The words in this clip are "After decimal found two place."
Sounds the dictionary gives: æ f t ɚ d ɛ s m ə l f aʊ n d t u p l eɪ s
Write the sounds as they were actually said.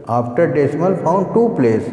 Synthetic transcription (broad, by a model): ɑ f t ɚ d ɛ s m ə l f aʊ n d t u p l eɪ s